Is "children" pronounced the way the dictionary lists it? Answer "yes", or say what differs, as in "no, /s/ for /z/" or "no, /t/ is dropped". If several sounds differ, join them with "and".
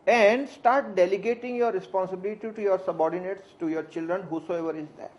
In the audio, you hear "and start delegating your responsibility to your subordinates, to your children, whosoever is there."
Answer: yes